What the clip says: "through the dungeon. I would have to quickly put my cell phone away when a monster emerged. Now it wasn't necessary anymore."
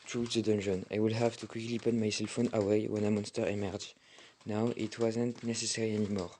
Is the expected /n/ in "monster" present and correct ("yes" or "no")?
yes